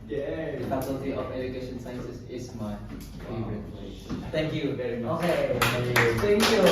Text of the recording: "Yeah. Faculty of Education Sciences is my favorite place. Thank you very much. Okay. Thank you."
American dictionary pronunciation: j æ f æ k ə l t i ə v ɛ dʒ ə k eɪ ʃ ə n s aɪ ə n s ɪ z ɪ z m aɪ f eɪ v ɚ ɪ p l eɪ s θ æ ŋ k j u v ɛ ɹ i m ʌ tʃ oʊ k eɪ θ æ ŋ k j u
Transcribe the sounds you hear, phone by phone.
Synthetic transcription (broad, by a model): j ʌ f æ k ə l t i ə v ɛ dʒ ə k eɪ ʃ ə n s aɪ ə n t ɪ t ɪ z m aɪ p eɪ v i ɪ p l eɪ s θ æ ŋ k j u v ɛ ɹ i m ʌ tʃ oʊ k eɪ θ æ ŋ k j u